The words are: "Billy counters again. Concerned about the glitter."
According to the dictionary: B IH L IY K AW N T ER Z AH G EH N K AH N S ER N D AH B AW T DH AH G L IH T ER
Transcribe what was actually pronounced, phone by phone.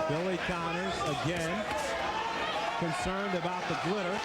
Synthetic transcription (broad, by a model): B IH L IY K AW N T ER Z AH G EH N K AH N S ER N D AH B AW T DH AH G L IH T ER